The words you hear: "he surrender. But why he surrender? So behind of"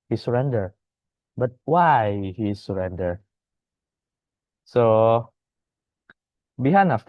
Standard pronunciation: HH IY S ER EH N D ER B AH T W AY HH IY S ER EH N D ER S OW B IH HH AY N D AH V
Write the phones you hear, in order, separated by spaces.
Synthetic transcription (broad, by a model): HH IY S ER EH N D ER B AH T W AY HH IY S ER EH N D ER S OW B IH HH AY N AH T